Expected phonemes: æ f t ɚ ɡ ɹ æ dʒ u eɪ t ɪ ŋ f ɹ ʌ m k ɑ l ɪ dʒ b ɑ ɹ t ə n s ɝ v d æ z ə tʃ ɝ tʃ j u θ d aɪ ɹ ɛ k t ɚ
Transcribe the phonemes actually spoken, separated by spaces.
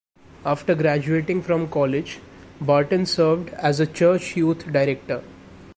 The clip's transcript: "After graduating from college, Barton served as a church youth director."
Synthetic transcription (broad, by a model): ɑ f t ɚ ɡ ɹ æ dʒ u eɪ t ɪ ŋ f ɹ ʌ m k ɑ l ɪ dʒ b ɑ ɹ t ə n s ɝ v d æ z ə tʃ ɝ tʃ j u t d aɪ ɹ ɛ k t ɚ